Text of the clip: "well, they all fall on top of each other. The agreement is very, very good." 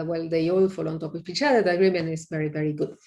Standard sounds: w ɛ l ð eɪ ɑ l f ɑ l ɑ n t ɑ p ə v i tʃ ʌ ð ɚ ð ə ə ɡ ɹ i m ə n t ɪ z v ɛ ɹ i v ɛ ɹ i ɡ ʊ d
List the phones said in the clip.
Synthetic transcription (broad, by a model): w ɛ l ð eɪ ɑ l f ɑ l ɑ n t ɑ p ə p i tʃ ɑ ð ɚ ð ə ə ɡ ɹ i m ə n ɪ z v ɛ ɹ i v ɛ ɹ i ɡ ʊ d